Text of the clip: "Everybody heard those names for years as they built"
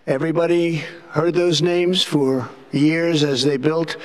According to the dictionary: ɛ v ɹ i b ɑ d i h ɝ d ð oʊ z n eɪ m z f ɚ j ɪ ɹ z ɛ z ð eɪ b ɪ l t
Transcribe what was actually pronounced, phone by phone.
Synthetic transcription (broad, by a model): ɛ v ɹ i b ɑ d i h ɝ d ð oʊ z n eɪ m z f ɚ j ɪ ɹ z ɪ z ð eɪ b ɪ l t